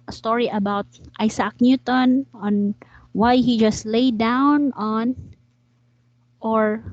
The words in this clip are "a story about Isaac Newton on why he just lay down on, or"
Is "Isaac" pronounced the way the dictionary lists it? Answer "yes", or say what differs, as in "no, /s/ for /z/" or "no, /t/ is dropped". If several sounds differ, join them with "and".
no, /s/ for /z/